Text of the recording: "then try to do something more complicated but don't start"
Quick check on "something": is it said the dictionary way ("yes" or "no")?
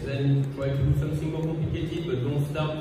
no